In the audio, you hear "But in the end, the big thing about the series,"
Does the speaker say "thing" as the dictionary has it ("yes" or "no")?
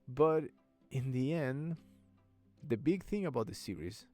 yes